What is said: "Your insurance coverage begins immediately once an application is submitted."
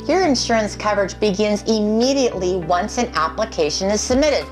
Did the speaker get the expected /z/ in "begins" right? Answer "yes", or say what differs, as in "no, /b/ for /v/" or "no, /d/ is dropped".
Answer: yes